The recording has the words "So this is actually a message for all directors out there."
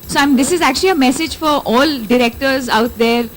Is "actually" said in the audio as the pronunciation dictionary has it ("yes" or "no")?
yes